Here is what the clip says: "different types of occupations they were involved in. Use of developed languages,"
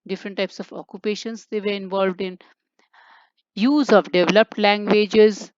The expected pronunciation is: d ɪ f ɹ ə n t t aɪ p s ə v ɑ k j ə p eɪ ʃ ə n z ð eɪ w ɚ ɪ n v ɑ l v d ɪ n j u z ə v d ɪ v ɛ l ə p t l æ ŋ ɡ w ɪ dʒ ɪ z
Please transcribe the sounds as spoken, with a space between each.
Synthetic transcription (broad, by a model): d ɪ f ɹ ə n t t aɪ p s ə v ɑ k j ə p eɪ ʃ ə n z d eɪ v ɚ ɪ n v ɑ l v d ɪ n j u z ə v d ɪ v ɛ l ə p t l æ ŋ ɡ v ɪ dʒ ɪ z